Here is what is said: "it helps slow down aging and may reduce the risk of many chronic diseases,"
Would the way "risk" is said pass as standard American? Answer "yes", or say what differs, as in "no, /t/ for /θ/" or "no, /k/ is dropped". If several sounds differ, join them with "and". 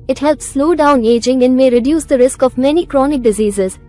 yes